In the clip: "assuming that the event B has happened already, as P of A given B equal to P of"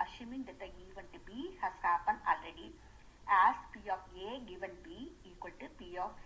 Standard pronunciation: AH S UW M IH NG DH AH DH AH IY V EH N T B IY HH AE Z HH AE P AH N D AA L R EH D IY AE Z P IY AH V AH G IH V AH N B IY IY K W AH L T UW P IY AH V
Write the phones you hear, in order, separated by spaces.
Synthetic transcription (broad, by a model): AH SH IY M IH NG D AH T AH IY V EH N T B IY HH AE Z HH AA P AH N AA L R EH D IY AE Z P IY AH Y AH G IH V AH N B IY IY K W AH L T UW P IY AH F